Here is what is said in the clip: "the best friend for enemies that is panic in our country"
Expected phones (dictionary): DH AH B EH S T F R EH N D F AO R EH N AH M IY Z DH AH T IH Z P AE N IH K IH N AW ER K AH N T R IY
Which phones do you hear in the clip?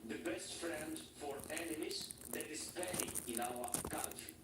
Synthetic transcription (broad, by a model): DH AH B EH S T F R EH N D F AO R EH N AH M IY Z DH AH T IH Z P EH IH IH N AW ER K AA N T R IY